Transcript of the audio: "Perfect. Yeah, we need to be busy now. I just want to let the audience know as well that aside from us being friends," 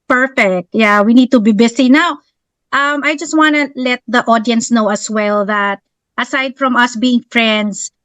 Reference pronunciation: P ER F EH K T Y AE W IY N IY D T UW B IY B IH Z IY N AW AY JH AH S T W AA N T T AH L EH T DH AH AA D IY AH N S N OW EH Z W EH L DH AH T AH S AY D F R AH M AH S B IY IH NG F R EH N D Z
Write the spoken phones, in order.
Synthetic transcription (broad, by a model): P ER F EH K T Y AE W IY N IY D T UW B IY B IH S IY N AW AY JH AH S T W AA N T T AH L EH T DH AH AA D IY AH N S N OW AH S W EH L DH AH T AH S AY D F R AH M AH S B IY IH NG F R EH N D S